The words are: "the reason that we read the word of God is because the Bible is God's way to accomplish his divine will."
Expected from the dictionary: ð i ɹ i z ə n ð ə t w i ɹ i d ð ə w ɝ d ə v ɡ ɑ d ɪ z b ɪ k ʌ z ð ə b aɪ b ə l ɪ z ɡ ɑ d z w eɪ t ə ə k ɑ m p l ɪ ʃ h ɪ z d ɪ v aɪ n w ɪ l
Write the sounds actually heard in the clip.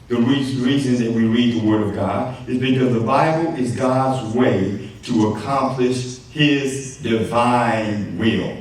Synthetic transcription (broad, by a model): ð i ɹ i z ə n ð ə t w i ɹ i d ð ə w ɝ d ə v ɡ ɑ d ɪ z b ɪ k ʌ z ð ə b aɪ b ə l ɪ z ɡ ɑ d z w eɪ t ə ə k ɑ m p l ɪ ʃ h ɪ z d ɪ v aɪ n w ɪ l